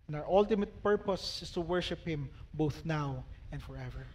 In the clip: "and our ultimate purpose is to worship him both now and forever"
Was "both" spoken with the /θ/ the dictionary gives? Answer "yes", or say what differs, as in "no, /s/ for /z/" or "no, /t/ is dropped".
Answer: yes